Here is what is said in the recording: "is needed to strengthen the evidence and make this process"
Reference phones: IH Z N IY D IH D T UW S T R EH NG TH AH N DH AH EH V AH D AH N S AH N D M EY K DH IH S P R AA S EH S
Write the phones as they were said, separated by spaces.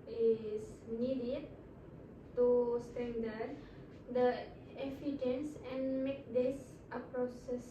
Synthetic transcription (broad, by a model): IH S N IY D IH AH T UW S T EH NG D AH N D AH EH F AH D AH N S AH N M EY K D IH S P R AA S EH S